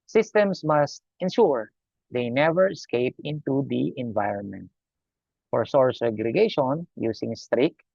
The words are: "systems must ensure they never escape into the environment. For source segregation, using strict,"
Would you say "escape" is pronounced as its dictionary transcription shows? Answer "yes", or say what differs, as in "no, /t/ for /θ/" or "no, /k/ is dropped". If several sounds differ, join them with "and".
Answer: yes